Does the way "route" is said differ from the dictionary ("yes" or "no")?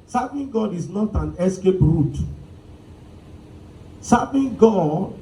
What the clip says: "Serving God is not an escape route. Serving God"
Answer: no